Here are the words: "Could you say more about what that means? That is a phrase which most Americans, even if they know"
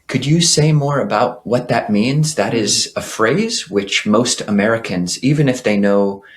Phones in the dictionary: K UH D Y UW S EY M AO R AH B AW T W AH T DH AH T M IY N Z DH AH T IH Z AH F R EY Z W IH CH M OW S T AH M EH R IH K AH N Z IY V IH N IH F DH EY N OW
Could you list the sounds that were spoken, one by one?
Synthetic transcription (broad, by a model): K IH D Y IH S EY M AO R AH B AW T W AH T DH AH T M IY N Z DH AH T IH Z AH F R EY Z W IH CH M OW S T AH M EH R IH K AH N Z IY V IH N IH F DH EY N OW